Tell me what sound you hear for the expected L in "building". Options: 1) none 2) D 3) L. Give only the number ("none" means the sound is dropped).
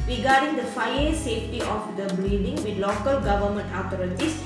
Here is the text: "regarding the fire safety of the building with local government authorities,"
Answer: 1